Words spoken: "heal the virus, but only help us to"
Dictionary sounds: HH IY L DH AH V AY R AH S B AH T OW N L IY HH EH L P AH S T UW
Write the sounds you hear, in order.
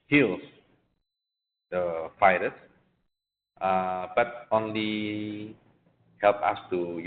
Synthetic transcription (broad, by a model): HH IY L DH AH F AY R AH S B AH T OW N L IY HH EH L P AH S T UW